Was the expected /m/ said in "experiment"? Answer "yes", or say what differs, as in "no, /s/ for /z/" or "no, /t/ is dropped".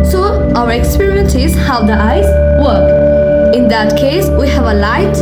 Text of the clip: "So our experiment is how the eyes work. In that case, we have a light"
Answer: no, /m/ is dropped